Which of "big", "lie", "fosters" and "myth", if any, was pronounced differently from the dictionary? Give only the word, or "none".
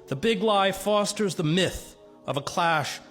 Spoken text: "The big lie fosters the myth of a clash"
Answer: none